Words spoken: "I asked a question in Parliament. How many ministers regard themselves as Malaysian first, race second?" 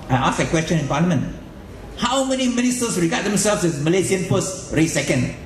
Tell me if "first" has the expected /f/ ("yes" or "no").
no